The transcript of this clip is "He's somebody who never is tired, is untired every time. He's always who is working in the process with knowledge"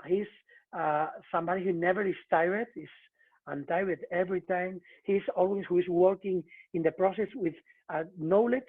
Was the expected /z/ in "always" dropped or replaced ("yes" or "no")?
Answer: yes